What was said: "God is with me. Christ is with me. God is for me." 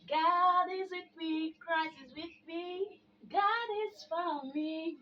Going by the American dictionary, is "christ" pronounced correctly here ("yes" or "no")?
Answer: no